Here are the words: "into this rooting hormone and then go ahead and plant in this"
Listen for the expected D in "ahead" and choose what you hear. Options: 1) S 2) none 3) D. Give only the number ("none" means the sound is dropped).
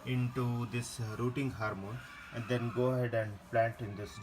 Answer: 3